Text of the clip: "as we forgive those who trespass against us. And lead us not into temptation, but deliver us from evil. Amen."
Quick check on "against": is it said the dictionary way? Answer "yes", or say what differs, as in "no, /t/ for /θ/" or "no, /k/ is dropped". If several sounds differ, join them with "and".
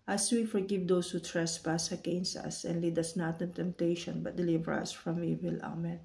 no, /t/ is dropped